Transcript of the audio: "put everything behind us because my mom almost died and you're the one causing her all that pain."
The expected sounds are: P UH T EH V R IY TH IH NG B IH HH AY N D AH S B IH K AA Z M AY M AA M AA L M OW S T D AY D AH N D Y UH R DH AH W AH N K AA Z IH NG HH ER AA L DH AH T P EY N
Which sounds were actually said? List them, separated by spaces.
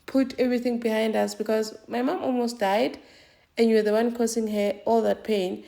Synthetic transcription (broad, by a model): P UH T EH V R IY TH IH NG B IH HH AY N D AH S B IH K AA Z M AY M AA M AA L M OW S T D AY D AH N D Y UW W DH AH W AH N K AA S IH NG HH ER AA L DH AH T P EY N